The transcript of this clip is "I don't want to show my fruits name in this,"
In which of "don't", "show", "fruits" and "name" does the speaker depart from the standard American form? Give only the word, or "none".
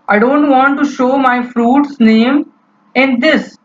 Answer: none